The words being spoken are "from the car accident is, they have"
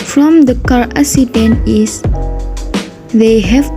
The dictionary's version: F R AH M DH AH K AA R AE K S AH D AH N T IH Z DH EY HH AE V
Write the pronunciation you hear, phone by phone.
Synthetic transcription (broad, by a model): F R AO M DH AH K AA R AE S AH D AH N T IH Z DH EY HH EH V